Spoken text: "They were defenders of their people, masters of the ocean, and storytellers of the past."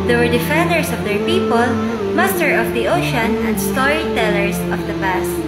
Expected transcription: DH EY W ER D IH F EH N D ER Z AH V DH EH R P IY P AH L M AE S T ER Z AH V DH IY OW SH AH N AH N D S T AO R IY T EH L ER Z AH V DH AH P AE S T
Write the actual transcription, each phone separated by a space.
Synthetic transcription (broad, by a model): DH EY W ER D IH F EH N D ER S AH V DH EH R P IY P AH L M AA S T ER AH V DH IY OW SH AH N AH N D S T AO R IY T EH L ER S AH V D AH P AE S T